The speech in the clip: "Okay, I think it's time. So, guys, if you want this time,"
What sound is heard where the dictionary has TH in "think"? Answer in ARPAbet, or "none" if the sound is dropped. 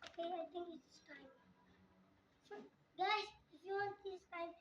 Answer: T